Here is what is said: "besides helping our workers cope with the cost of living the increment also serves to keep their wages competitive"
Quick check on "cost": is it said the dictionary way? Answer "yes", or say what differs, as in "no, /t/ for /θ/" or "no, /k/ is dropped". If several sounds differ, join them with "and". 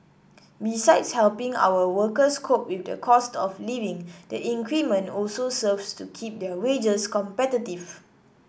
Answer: yes